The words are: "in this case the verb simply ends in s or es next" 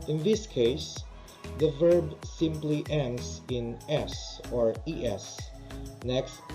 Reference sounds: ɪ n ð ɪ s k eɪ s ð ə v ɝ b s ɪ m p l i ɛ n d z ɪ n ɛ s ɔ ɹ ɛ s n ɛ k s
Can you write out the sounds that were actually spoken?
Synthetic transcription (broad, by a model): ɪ n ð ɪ s k eɪ s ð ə v ɝ b s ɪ m p l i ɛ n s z ɪ n ɛ s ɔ ɹ ɛ s n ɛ k s